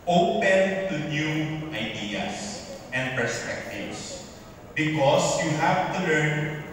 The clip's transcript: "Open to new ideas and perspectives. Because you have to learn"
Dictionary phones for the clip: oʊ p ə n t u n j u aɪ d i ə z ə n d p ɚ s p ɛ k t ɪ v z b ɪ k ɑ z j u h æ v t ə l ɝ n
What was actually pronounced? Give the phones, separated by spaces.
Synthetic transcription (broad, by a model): oʊ p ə n t u n j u aɪ d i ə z ə n d p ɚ s p ɛ k t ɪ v s b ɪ k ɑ s j u h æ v t ə l ɝ n